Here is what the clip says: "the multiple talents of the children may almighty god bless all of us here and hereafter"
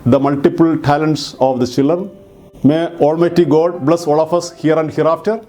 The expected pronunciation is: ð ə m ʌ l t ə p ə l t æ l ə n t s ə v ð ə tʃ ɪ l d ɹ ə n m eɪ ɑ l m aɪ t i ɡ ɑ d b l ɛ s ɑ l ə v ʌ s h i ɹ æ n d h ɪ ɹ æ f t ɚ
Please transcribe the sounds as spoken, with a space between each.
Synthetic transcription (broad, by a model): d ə m ʌ l t ə p ə l t æ l ə n t s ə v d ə tʃ ɪ l d ɹ ə n m eɪ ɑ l m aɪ t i ɡ ɑ d b l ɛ s ɑ l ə f ʌ s h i ɹ æ n d h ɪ ɹ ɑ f t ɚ